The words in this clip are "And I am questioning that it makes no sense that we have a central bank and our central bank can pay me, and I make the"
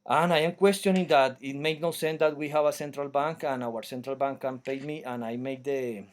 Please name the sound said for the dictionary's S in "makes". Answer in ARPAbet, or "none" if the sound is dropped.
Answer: none